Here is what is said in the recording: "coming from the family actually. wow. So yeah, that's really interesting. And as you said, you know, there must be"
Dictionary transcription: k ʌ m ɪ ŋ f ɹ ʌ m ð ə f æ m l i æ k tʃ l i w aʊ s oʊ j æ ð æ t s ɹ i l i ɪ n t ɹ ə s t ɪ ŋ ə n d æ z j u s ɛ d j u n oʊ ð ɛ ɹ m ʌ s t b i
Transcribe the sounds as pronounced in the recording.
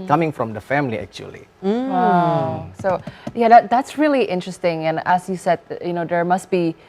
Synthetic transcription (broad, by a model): k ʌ m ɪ ŋ f ɹ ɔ m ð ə f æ m l i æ k tʃ i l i s oʊ j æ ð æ t s ɹ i l i ɪ n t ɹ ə s t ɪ ŋ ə n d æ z j u s ɛ d j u n oʊ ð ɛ ɹ m ʌ s t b i